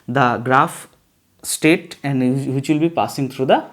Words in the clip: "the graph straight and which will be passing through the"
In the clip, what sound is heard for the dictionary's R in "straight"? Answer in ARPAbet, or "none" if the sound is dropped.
none